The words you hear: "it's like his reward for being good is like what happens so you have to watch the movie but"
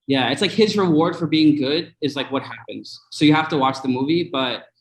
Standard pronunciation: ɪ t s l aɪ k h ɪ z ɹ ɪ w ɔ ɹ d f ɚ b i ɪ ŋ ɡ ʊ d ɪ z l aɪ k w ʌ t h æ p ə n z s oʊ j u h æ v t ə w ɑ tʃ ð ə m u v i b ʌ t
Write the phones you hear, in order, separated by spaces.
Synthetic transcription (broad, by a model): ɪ t s l aɪ k h ɪ z ɹ ɪ w ɔ ɹ d f ɚ b i ɪ ŋ ɡ ʊ d ɪ z l aɪ k w ʌ t h æ p ə n z s oʊ j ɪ h æ f t ə w ɑ tʃ ð ə m u v i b ʌ t